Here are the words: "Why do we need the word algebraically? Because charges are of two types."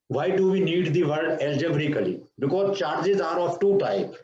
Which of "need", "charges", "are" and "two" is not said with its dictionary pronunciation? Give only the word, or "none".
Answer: none